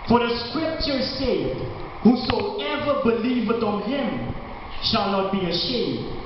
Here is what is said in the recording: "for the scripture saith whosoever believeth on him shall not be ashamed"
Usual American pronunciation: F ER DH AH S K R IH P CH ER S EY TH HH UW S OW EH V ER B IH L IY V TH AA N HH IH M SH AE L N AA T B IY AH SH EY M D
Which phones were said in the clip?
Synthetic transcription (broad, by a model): F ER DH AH S K R IH P CH ER S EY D HH UW S OW EH V ER B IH L IY V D AA N HH IH M SH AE L N AA T B IY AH SH EY M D